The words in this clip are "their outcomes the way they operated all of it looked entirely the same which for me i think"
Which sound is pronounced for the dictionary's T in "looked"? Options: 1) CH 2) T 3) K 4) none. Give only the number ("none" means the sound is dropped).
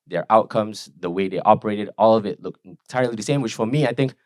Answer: 4